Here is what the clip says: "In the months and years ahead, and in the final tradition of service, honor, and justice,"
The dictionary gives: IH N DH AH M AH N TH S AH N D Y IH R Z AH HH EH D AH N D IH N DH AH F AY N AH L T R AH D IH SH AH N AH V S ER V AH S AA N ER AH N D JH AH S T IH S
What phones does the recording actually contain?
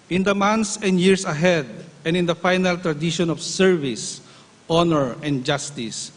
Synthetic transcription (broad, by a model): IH N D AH M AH N T S AH N D Y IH R S AH HH EH D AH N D IH N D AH F AY N AH L T R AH D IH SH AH N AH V S ER V AH S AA N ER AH N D JH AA S T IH S